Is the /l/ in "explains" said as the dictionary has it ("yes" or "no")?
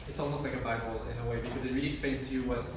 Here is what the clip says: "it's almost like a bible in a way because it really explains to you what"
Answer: no